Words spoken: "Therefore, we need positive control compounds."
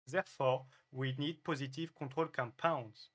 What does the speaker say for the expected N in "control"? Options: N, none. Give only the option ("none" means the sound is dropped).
none